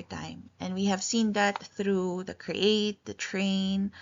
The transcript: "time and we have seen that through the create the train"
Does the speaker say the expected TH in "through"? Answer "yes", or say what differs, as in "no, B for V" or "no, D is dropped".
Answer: yes